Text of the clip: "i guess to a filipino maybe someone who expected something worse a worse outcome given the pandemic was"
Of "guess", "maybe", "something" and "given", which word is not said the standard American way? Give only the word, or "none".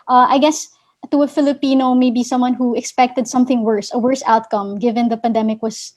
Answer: none